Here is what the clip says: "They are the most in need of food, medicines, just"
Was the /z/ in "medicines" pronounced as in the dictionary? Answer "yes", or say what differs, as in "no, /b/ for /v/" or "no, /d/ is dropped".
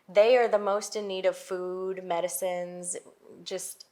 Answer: yes